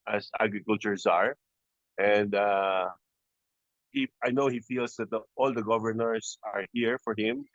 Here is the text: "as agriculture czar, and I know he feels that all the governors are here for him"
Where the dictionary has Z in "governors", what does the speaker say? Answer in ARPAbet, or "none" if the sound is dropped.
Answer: S